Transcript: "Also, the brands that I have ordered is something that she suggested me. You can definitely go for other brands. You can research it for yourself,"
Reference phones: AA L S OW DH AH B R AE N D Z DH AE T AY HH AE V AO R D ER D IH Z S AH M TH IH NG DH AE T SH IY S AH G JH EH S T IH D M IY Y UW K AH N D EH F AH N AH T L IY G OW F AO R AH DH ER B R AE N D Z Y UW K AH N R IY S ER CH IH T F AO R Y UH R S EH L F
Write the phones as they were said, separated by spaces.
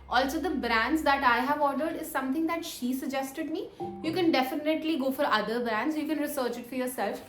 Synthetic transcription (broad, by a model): AA L S OW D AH B R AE N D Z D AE T AY HH AE V AO R D ER D IH Z S AH M T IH NG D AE T SH IY S AH G JH EH S T IH D M IY Y UW K AH N D EH F AH N AH T L IY G OW F AO R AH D ER B R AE N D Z Y UW K AH N R IY S ER CH IH T F AO R Y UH R S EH L F